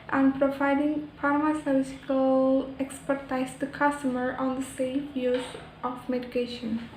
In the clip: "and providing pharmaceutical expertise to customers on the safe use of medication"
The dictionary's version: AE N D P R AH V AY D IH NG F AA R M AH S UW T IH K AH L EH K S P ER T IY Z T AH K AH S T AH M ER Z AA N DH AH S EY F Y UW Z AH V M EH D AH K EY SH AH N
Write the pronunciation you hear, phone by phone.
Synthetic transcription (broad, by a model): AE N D P R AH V AY D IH NG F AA R M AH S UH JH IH K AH L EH K S P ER T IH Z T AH K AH S T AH M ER AA N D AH S EY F Y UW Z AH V M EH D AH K EY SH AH N